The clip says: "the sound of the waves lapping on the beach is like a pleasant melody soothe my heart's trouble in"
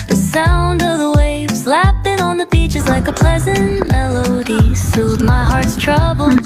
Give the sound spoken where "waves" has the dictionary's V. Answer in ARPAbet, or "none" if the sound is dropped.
V